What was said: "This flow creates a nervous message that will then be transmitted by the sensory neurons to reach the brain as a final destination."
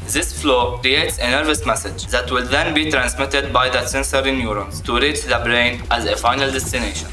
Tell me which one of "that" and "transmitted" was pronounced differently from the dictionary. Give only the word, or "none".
none